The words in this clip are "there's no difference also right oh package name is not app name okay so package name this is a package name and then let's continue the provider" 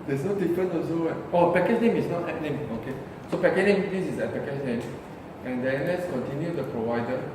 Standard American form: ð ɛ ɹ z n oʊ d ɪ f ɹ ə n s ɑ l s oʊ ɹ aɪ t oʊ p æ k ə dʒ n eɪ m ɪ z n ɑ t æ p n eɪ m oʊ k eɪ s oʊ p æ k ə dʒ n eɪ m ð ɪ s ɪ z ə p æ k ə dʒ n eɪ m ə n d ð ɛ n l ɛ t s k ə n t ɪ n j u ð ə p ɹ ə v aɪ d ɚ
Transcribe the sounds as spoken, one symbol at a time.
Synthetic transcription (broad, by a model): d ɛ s n oʊ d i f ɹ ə n ɑ s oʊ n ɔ oʊ p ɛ k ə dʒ n eɪ m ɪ s n ɑ t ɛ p n eɪ m oʊ k eɪ s oʊ p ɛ k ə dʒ n eɪ m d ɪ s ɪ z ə p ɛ k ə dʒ n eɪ m ə n d ɛ n l ɛ t s k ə n t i n j u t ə p ɹ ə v aɪ d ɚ